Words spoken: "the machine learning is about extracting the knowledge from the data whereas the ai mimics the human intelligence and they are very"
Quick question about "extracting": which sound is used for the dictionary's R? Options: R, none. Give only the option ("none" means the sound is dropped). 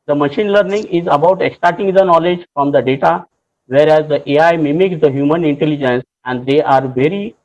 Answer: none